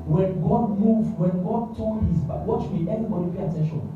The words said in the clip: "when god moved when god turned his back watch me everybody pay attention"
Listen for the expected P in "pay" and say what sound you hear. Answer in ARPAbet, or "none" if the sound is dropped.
B